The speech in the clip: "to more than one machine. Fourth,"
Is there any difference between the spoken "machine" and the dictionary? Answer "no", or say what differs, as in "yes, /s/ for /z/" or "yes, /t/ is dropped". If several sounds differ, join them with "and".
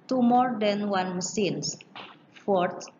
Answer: yes, /s/ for /ʃ/